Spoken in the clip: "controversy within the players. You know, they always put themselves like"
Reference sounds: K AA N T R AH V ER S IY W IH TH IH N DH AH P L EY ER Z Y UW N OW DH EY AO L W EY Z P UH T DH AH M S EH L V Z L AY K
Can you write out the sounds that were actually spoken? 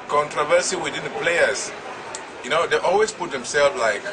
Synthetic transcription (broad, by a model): K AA N T R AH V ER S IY W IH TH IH N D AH P L EY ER S Y UW N OW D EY AO L W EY S P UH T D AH M S EH L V L AY K